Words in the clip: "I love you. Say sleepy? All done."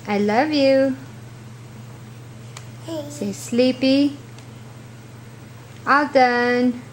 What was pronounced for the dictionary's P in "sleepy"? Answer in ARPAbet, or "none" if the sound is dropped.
P